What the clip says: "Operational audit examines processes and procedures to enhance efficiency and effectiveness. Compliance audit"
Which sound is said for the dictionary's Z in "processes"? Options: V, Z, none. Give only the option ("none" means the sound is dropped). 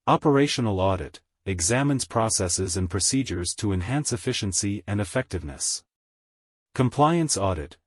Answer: Z